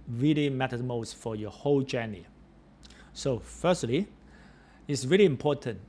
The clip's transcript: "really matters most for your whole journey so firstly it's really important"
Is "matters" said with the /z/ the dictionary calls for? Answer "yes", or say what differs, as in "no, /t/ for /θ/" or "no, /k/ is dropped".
no, /z/ is dropped